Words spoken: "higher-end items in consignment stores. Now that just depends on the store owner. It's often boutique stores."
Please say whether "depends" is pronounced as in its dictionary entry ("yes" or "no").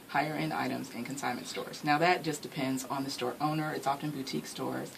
yes